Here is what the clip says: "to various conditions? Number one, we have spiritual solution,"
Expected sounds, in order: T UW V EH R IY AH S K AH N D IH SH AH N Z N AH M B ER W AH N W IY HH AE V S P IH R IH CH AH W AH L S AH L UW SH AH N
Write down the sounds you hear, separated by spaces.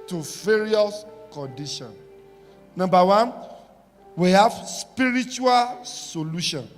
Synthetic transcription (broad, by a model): T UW V EH R IY AH S K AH N D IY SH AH N N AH M B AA W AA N W IY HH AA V S P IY R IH CH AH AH L S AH L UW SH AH N